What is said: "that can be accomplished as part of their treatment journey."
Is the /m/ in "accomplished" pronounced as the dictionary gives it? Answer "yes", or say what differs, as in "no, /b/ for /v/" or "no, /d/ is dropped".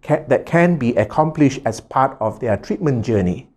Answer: yes